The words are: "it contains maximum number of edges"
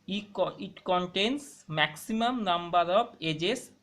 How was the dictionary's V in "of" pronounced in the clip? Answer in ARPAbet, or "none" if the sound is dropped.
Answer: B